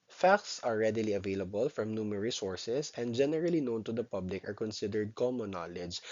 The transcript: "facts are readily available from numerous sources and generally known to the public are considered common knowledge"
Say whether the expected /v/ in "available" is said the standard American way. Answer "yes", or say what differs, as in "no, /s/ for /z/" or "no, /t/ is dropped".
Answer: yes